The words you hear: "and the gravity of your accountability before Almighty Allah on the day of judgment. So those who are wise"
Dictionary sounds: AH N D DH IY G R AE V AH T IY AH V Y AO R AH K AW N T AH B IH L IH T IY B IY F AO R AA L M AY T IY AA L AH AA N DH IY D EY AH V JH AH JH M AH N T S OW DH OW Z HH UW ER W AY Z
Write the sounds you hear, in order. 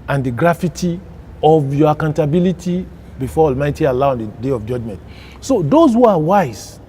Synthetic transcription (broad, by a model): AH N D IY G R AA F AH T IY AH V Y AO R AH K AW N T AH B IH L IH T IY B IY F AO AA L M AY T IY AA L AH AA N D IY D EY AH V JH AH JH M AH N T S OW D OW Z HH UW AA W AY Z